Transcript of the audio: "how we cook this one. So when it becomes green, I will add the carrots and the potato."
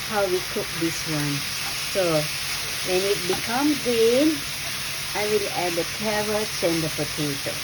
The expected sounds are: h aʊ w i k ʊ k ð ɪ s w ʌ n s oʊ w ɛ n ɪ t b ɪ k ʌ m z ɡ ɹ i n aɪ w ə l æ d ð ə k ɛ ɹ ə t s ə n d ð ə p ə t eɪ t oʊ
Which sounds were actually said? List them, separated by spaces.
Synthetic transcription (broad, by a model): h aʊ w i k ʊ k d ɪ s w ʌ n s oʊ w ɛ n ɪ t b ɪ k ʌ m ɡ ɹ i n aɪ w ə l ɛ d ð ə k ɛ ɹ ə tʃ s ə n d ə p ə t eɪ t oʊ